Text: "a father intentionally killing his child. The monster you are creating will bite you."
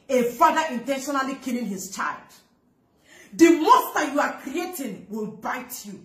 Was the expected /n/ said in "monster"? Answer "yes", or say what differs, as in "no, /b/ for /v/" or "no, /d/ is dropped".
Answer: no, /n/ is dropped